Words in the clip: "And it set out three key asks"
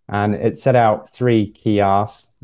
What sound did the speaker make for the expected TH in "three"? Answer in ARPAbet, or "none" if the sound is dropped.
TH